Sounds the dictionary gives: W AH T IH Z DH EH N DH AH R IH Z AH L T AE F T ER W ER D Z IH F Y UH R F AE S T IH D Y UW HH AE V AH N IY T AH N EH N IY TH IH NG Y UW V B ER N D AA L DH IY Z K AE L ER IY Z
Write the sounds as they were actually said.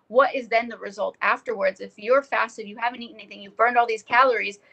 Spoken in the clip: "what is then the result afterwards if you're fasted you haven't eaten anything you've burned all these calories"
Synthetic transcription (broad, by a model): W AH T IH Z DH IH N DH AH R IH Z AH L T AE F T ER W ER D Z IH F Y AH R F AE S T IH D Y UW HH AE V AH N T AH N EH N IY TH IH NG Y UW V B ER N D AA L DH IY Z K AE L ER IY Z